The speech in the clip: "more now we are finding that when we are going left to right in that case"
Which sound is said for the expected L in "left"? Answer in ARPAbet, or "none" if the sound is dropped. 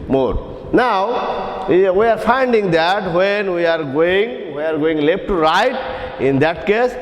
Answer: W